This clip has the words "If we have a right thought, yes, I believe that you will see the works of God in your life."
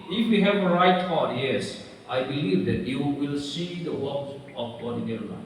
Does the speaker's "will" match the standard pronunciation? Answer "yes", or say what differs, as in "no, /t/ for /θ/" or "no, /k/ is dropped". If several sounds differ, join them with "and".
yes